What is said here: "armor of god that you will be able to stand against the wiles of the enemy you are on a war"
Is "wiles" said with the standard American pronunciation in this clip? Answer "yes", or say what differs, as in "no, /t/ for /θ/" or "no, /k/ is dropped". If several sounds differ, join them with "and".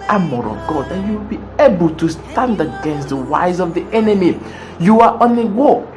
no, /l/ is dropped